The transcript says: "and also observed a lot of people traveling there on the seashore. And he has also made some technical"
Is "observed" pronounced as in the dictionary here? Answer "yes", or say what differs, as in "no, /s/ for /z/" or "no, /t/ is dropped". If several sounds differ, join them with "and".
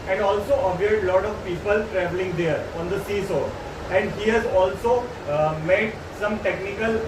no, /v/ is dropped